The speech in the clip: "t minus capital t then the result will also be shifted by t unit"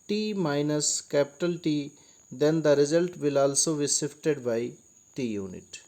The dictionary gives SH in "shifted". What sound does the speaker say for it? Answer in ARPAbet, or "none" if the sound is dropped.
S